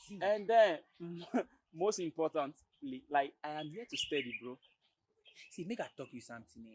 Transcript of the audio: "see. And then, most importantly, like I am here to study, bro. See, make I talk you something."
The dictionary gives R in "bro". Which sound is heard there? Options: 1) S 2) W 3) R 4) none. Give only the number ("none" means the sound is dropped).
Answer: 3